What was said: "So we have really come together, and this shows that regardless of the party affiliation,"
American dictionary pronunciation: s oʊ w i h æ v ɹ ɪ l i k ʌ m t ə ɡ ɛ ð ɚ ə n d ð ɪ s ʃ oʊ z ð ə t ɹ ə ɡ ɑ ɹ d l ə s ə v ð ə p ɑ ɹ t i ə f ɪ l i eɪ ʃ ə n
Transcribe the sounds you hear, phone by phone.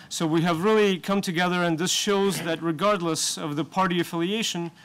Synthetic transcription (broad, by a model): s oʊ w i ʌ v ɹ ɪ l i k ʌ m t ə ɡ ɛ ð ɚ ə n ð ɪ s ʃ oʊ z ð ə t ɹ ə ɡ ɑ ɹ d l ə s ə v ð ə p ɑ ɹ t i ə f ɪ l i eɪ ʃ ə n